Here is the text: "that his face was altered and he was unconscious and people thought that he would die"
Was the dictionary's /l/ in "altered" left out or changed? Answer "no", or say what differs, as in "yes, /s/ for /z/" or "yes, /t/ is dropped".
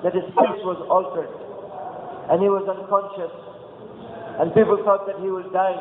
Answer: no